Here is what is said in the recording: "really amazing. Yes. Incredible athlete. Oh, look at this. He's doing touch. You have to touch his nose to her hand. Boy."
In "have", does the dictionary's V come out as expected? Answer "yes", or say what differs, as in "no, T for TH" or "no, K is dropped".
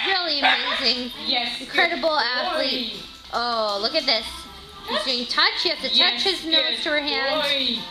no, F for V